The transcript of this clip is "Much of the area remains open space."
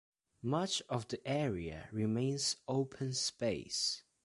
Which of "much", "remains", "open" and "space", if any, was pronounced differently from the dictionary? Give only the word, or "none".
none